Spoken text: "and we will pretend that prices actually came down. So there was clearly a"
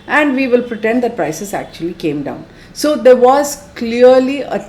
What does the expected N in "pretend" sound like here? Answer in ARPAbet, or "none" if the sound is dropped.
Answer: N